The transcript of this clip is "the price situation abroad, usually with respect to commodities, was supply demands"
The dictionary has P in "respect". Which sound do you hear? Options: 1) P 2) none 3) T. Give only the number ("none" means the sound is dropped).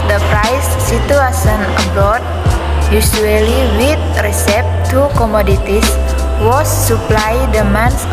2